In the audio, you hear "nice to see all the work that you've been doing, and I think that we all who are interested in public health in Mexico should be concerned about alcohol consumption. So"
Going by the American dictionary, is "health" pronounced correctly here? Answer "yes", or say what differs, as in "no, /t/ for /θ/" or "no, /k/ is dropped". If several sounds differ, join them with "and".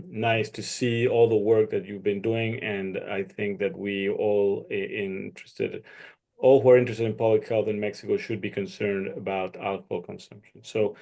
yes